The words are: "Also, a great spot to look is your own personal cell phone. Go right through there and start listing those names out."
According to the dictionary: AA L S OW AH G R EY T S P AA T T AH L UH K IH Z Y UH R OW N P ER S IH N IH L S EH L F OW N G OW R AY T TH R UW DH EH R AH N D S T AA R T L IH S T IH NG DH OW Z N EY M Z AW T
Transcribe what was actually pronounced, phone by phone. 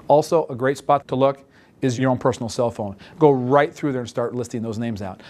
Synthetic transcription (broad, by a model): AA L S OW AH G R EY T S P AA T T AH L UH K IH Z Y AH R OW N P ER S N L S EH L F OW N G OW R AY T TH R UW DH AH R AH N S T AA R T L IH S T IH NG DH OW Z N EY M Z AW T